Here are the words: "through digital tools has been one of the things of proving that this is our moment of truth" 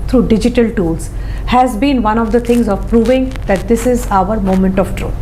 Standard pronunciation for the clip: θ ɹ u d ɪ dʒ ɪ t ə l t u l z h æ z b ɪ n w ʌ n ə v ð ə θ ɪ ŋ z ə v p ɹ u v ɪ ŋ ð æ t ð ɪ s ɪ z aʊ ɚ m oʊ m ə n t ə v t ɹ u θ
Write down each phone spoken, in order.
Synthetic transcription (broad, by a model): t ɹ u d ɪ dʒ ɪ t ə l t u l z h æ z b ɪ n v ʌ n ə v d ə t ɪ ŋ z ə v p ɹ u v ɪ ŋ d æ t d ɪ s ɪ z aʊ ɚ m oʊ m ə n t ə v t ɹ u